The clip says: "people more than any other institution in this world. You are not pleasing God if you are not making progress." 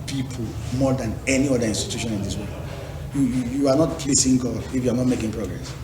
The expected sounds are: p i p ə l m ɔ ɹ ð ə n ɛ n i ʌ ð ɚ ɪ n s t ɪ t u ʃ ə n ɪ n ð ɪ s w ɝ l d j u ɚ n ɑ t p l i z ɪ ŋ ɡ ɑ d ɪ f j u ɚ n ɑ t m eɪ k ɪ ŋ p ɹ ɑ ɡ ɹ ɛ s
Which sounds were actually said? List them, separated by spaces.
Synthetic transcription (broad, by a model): p i p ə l m ɔ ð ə n ɛ n i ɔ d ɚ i n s t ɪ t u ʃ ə n ɪ n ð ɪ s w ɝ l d j u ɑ n ɑ t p l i s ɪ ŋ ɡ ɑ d ɪ f j u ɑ n ɑ t m eɪ k ɪ ŋ p ɹ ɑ ɡ ɹ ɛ s